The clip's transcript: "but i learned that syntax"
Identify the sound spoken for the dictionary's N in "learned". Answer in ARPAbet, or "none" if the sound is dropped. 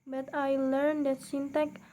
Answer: N